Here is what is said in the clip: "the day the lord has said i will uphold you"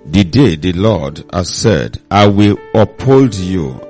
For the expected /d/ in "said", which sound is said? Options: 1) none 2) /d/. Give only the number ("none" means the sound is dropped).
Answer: 2